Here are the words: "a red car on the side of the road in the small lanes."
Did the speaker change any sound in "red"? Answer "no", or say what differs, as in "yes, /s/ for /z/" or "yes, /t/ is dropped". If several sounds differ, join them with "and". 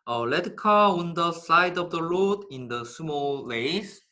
yes, /l/ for /ɹ/